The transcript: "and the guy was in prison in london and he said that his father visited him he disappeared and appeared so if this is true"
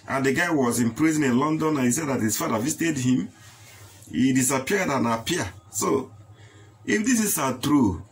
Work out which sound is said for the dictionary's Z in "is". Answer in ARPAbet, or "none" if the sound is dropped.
S